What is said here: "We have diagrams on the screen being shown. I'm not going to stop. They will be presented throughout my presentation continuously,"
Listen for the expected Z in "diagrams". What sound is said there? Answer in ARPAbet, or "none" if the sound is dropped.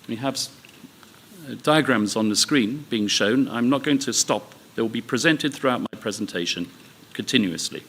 Z